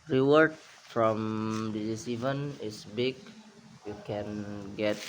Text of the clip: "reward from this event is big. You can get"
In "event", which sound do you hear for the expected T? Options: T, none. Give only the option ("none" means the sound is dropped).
none